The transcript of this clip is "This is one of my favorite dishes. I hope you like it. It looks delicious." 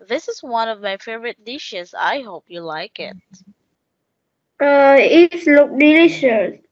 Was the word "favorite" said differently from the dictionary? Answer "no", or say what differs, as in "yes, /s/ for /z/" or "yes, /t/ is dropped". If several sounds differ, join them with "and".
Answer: no